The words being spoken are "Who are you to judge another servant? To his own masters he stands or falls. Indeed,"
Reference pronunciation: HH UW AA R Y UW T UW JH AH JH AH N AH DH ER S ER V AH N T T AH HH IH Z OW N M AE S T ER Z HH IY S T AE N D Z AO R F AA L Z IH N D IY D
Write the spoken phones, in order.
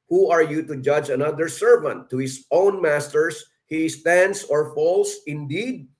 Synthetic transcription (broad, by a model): HH UW AA R Y UW T UW JH AH JH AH N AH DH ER S ER V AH N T T AH HH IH S OW N M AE S T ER S HH IY S T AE N D S AO R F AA L S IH N D IY D